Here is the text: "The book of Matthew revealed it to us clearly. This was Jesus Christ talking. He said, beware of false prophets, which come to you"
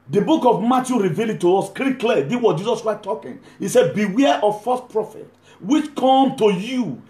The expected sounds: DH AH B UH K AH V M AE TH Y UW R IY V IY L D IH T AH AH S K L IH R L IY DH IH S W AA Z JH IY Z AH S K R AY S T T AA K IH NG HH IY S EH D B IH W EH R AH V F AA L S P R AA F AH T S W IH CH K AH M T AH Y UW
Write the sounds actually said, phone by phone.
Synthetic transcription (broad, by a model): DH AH B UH K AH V M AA T Y UW R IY V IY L IH T AH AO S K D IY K L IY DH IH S W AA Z JH IY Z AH S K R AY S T T AA K IH NG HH IY S EH D B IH W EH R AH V F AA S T P R AA F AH T W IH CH K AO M T AH Y UW